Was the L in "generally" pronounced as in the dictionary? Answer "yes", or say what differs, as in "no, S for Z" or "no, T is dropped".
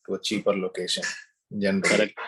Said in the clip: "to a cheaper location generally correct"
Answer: no, L is dropped